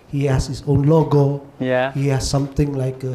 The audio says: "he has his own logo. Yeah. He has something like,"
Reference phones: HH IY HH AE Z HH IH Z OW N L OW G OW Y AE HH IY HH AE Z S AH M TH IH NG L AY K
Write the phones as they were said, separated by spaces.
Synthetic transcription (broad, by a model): HH IY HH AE S HH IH S OW N L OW G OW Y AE HH IY HH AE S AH M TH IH NG L AY K